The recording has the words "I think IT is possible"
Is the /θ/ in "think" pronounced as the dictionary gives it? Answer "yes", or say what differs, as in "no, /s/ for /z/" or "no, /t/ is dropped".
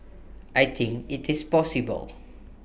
no, /t/ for /θ/